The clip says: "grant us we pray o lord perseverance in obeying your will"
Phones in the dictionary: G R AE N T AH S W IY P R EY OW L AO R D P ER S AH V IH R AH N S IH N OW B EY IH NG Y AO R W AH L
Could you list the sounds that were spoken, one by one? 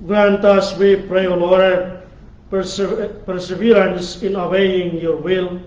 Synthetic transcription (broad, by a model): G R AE N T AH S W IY P R EY OW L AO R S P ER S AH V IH L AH N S IH N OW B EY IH NG Y AO R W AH L